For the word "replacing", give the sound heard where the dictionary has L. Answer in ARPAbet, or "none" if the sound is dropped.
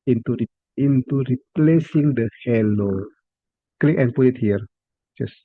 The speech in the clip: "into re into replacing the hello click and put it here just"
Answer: L